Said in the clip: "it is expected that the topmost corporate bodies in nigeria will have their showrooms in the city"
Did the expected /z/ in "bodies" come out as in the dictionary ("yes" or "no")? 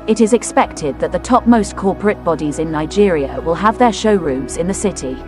yes